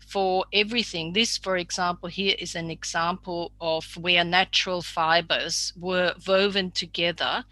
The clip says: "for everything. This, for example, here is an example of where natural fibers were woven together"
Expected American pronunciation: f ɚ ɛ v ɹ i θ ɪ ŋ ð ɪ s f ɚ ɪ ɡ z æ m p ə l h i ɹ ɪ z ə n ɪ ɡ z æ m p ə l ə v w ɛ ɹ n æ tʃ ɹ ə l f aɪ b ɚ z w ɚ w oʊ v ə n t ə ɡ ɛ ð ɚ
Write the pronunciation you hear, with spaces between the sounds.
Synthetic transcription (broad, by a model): f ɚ ɛ v ɹ i θ ɪ ŋ ð ɪ s f ɚ ɪ ɡ z æ m p ə l h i ɹ ɪ z ə n ɪ ɡ z æ m p ə l ə v w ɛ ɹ n æ tʃ ɹ ə l f aɪ b ɚ z w ɚ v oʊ v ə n t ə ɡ ɛ ð ɚ